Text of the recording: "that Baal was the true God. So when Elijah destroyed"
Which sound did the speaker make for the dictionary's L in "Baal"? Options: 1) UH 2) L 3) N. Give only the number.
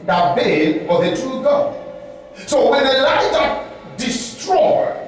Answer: 3